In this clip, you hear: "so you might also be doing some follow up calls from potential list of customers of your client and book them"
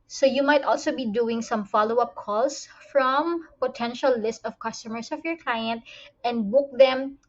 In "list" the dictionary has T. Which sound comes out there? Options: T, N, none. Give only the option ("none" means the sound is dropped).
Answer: T